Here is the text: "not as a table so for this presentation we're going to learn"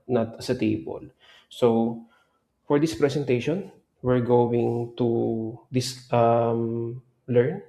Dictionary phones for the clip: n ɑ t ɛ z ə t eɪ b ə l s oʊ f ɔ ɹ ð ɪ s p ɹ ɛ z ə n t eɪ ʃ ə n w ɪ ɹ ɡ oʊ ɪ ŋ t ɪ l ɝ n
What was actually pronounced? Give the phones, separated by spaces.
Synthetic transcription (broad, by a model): n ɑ t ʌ s ə t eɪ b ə l s oʊ f ɔ ɹ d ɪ s p ɹ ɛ s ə n t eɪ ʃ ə n w ɪ ɹ ɡ oʊ ɪ ŋ t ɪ l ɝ n